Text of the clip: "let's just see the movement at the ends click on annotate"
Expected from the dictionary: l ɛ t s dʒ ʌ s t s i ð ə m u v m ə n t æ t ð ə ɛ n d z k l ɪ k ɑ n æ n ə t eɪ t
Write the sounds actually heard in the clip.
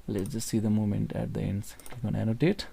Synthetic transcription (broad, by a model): l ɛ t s dʒ ʌ s t s i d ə m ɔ m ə n t æ t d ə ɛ n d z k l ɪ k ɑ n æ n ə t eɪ t